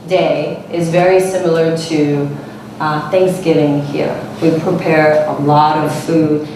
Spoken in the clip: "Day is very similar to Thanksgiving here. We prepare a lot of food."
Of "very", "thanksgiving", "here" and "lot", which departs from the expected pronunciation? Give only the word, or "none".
none